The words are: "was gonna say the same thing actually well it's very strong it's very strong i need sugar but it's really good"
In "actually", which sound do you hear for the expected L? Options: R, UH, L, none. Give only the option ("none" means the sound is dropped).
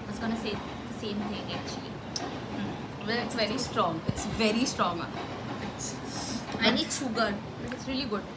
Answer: none